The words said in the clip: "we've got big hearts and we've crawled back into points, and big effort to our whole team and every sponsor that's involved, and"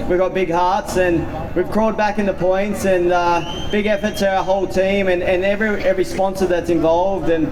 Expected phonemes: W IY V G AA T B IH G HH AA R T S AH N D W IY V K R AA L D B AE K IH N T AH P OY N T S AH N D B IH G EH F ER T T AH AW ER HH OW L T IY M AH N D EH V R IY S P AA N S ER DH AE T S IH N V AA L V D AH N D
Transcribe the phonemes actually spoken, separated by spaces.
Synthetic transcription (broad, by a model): W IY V G AA T B IH G HH AA R T S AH N W IY V K R AA L D B AE K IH N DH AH P OY N T S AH N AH B IH G EH F ER T S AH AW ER HH OW L T IY M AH N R EH V R IY S P AA N S ER DH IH T S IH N V AA L V D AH N